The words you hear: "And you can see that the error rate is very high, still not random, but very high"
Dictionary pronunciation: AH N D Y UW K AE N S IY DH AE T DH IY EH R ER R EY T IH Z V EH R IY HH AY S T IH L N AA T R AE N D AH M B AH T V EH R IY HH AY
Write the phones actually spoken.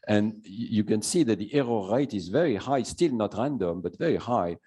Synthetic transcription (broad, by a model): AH N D Y UW K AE N S IY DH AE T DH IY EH R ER R EY T IH Z V EH R IY HH AY S T IH L N AA T R AE N D AH M B AH T V EH R IY HH AY